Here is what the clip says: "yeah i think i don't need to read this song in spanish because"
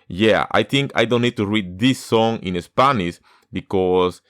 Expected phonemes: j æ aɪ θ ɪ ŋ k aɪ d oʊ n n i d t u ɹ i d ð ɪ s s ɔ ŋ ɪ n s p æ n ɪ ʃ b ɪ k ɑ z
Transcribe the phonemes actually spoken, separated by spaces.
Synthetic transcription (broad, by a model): j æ aɪ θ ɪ ŋ k aɪ d oʊ n n i d t u ɹ i d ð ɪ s s ɔ ŋ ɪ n s p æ n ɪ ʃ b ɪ k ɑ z